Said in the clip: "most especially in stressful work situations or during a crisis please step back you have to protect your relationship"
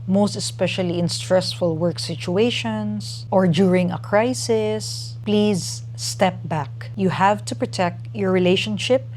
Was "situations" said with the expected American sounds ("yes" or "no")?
no